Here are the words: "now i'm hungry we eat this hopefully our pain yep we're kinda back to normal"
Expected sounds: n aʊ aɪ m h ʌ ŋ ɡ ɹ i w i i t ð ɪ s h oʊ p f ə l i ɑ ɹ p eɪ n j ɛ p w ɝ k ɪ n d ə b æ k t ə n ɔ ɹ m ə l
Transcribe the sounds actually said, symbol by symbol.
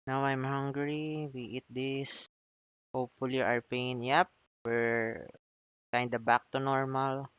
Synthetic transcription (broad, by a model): n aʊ aɪ m h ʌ ŋ ɡ ɹ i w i i t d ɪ s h oʊ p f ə l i ɑ ɹ p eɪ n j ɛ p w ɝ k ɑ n d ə b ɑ k t ə n ɔ ɹ m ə l